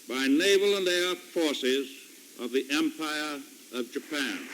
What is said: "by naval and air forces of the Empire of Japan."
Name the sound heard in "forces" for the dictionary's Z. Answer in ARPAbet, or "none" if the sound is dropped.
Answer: Z